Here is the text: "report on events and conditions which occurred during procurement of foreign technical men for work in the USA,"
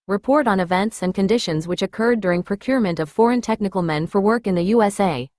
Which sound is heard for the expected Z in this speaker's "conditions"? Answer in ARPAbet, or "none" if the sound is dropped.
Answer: Z